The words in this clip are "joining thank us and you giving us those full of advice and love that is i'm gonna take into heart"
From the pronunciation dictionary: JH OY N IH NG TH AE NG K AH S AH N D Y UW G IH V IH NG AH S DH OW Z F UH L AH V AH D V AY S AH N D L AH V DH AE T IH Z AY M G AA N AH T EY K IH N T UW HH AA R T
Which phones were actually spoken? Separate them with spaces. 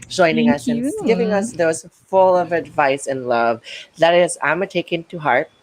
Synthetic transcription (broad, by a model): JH OY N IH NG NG AH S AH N G IH V IH NG AH S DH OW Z F UH L AH V AH D V AY S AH N L AH V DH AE T IH Z AY M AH T EY K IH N T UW HH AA R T